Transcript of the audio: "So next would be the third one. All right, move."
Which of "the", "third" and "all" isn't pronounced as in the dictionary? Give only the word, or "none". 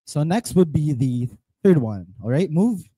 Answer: none